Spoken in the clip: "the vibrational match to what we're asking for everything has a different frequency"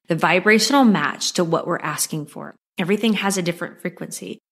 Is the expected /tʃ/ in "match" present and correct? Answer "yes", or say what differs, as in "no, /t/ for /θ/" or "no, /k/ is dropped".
yes